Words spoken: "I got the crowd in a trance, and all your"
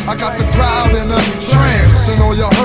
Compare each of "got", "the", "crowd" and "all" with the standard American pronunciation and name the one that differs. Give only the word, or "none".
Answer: none